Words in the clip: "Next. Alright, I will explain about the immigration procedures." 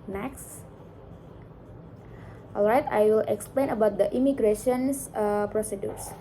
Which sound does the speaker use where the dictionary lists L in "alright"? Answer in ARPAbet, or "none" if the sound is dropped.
L